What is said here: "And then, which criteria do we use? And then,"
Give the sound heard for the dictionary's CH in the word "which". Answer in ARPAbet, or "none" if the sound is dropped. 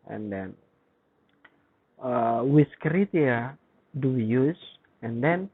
S